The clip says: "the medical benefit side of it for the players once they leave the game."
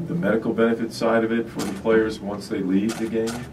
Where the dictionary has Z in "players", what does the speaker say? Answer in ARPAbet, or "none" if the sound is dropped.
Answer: Z